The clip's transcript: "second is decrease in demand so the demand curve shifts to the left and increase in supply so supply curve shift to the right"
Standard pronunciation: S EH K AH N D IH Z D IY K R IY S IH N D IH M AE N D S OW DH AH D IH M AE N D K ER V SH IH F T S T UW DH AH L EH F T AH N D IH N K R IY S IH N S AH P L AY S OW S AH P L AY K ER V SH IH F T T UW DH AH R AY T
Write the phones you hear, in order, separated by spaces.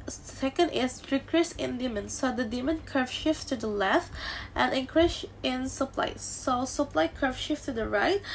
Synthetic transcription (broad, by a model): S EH K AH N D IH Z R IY K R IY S IH N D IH M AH N S OW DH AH D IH M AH N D K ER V SH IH F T T UW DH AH L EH F T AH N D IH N K R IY SH IH N S AH P L AY S OW S AH P L AY K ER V SH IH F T T UW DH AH R AY T